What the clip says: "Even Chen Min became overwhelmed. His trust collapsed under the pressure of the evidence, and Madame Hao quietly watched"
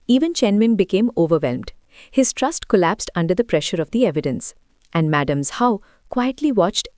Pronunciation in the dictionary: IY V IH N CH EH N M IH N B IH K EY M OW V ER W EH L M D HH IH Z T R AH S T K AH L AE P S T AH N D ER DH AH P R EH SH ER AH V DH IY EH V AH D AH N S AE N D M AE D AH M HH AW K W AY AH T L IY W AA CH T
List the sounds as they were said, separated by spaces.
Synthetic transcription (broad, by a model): IY V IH N CH EH N M IH N B IH K EY M OW V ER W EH L M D HH IH Z T R AH S T K AH L AE P S T AH N D ER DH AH P R EH SH ER AH V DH IY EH V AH D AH N S AE N D M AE D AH M HH AW K W AY AH T L IY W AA CH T